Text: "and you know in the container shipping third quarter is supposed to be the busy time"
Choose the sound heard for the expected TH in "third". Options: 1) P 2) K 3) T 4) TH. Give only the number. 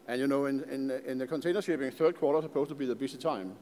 4